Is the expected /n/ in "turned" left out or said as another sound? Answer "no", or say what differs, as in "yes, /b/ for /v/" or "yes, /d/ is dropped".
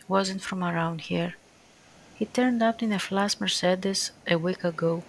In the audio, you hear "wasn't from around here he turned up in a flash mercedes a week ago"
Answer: no